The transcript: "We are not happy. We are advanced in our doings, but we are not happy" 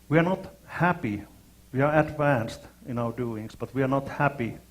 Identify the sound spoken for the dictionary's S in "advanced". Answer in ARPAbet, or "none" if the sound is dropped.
S